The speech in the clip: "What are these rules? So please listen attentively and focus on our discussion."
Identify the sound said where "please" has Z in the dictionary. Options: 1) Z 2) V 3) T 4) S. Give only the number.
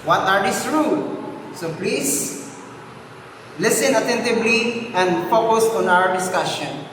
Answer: 4